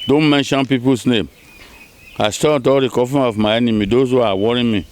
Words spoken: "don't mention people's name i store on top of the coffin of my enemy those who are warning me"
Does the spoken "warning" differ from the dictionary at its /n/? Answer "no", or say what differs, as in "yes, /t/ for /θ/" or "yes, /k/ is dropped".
yes, /n/ is dropped